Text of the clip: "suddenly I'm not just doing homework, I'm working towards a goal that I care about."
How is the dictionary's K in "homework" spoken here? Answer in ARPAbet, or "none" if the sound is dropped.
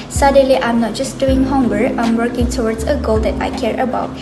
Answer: none